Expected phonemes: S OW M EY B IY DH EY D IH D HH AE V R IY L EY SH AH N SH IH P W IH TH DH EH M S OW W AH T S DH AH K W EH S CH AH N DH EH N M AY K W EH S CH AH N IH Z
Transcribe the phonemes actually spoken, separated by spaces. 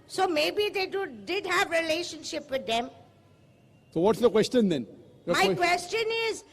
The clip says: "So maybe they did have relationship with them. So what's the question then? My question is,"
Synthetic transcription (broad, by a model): S OW M EY B IY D EY D IH D HH AE V R IY L EY SH AH N SH IH P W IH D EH M S OW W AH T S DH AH K W EH S CH AH N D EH N M AY K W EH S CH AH N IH Z